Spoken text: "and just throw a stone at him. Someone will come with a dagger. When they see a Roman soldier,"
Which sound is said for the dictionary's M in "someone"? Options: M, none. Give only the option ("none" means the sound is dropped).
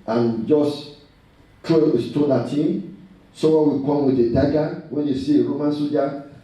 none